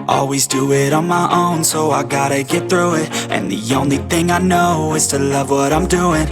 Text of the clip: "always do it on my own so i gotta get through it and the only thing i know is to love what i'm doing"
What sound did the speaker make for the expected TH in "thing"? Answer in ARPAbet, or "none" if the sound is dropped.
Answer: TH